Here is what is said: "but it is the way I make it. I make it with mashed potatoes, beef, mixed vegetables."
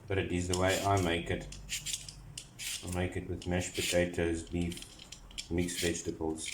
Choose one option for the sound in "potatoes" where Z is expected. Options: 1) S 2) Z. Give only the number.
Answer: 2